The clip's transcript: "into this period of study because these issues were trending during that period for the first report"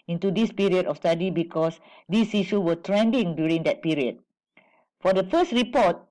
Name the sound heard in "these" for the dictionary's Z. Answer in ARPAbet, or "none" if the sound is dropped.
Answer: S